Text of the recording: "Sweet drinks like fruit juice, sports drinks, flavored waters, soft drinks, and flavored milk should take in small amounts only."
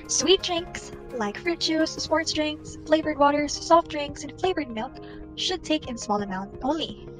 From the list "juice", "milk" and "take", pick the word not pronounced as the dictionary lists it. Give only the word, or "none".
juice